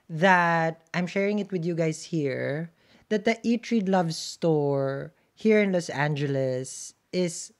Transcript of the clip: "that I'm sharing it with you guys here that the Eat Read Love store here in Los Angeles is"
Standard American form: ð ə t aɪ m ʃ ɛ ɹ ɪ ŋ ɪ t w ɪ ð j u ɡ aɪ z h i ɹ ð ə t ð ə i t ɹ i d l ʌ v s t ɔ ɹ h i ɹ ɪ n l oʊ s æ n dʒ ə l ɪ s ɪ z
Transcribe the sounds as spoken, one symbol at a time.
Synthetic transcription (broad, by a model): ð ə t aɪ m ʃ ɛ ɹ ɪ ŋ ɪ t w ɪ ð j u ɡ aɪ s h i ɹ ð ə t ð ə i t ɹ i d l ʌ v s t ɔ ɹ h i ɹ ɪ n l oʊ s æ n dʒ ə l ɪ s ɪ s